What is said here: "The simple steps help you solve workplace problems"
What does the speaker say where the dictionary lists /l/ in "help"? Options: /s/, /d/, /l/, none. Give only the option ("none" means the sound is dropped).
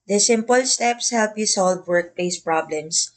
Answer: /l/